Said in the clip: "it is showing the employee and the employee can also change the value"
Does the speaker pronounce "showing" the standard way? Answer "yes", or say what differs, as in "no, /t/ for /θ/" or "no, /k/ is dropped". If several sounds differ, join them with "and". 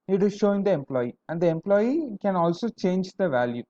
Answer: yes